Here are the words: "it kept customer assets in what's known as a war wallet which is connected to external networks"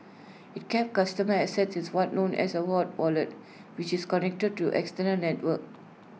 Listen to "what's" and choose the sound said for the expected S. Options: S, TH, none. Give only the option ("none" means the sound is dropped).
none